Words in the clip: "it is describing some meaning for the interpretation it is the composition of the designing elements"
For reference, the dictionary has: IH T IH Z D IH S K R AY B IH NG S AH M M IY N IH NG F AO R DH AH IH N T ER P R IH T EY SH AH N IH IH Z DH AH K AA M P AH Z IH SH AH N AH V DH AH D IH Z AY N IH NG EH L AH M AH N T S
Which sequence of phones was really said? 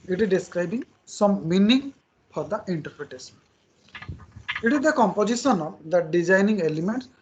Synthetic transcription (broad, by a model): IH T IH Z D IH S K R AY B IH NG S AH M M IY N IH NG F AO R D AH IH N T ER P R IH T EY S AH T IH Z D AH K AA M P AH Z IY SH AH N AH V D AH D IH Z AY N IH NG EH L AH M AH N T S